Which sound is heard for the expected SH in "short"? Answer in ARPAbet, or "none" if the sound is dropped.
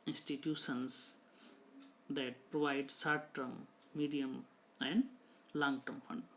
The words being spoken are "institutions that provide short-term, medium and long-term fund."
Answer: S